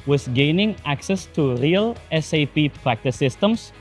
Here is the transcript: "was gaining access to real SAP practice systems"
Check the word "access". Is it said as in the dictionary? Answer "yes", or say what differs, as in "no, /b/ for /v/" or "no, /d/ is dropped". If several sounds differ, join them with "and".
yes